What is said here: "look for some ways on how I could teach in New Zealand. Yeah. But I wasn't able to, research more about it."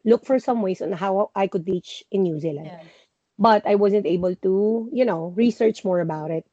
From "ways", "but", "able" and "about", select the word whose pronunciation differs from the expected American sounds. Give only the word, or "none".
ways